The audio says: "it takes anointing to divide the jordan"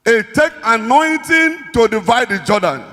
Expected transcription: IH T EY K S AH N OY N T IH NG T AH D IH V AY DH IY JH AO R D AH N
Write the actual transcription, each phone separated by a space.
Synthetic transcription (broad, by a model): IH T EY K AH N OY N T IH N T AH D IH V AY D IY JH AO D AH N